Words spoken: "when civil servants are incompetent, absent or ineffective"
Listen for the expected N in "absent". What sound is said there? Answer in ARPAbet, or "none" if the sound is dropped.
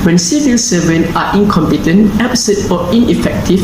none